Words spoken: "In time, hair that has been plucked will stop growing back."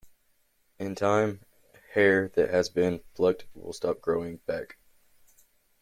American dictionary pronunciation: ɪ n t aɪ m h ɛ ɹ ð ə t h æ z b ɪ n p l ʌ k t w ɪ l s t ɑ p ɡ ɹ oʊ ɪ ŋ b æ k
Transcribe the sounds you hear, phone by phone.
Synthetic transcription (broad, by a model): ɪ n t aɪ m h ɛ ɹ ð ə t h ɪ z b ɪ n f l ʌ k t w ɪ l s t ɑ p ɡ ɹ oʊ ɪ ŋ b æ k